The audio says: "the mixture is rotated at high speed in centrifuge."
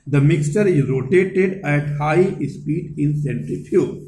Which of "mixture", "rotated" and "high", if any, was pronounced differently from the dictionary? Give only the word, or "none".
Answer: none